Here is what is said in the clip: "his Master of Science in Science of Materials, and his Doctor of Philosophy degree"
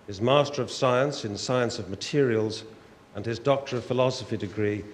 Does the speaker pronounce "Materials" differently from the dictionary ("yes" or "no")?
no